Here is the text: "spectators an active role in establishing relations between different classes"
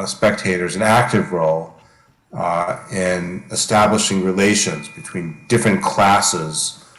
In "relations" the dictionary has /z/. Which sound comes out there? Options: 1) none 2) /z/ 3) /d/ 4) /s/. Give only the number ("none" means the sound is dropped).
2